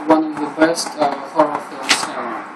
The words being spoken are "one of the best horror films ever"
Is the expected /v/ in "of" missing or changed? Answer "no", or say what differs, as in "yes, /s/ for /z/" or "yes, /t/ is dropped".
no